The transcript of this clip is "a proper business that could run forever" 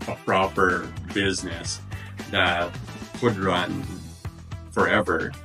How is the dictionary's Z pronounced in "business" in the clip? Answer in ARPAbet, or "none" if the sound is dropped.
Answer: Z